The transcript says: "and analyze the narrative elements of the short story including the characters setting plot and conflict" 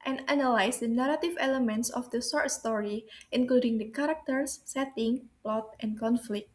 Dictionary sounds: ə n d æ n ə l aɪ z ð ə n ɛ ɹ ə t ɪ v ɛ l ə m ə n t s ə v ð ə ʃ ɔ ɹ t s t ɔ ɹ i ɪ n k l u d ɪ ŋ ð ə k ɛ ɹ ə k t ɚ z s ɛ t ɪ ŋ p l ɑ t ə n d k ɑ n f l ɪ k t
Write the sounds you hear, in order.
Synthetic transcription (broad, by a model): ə n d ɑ n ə l aɪ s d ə n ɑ ɹ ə t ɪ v ɛ l ə m ə n t s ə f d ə s ɔ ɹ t s t ɔ ɹ i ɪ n k l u d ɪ ŋ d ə k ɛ ɹ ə k t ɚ s ɛ t ɪ ŋ p l ɑ t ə n k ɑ n f l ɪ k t